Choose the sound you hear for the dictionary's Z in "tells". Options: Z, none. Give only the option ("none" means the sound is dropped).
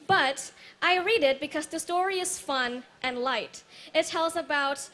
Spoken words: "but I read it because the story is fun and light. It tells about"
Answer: Z